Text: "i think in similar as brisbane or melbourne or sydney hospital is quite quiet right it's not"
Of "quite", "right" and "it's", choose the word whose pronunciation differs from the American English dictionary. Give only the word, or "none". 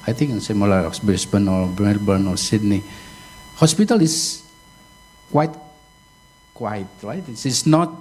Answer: it's